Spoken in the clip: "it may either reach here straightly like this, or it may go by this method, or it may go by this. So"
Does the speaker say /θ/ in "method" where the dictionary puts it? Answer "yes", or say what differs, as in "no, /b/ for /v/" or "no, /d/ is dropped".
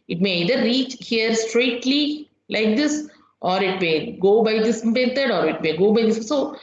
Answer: no, /t/ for /θ/